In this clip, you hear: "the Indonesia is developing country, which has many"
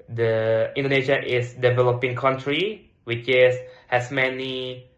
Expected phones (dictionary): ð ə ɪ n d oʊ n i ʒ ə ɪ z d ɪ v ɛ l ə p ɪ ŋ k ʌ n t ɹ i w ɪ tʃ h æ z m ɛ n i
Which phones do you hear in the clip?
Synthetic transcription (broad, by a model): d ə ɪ n d oʊ n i ʃ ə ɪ s d ɪ v ɛ l ə p ɪ ŋ k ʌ n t ɹ i w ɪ s h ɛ s m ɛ n i